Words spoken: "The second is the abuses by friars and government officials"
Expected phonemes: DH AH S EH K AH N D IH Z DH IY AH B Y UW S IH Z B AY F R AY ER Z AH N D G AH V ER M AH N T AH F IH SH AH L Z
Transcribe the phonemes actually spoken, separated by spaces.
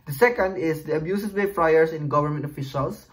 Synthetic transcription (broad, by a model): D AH S EH K AH N D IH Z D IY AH B Y UW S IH S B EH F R AY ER S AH N G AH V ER M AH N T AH F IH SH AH L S